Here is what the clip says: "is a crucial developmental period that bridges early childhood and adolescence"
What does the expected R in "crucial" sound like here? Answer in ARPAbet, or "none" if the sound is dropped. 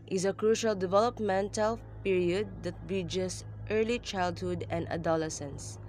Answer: R